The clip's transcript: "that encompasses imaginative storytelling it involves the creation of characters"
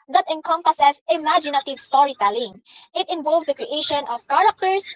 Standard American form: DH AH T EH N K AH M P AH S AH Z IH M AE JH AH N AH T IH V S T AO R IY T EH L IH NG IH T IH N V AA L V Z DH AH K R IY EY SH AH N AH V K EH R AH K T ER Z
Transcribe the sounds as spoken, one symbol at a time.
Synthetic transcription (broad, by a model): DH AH T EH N K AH M P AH S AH S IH M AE JH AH N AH T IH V S T AO R IY T EH L IH NG IH T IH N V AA L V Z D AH K R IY EY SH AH N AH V K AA R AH K T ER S